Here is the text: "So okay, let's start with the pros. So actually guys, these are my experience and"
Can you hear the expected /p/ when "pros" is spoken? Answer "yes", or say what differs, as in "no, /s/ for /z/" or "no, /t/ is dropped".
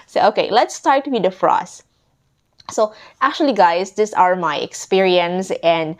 no, /f/ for /p/